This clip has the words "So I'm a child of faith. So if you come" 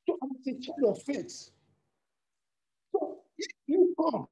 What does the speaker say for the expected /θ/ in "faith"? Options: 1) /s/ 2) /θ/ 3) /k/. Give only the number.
1